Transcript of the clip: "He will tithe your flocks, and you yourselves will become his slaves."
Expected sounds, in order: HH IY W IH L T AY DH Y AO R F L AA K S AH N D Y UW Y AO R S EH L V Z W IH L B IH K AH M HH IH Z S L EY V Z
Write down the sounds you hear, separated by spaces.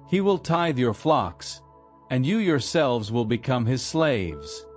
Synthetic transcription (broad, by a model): HH IY W IH L T AY DH Y AO R F L AA K S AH N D Y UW Y AO R S EH L V Z W IH L B IH K AH M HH IH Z S L EY V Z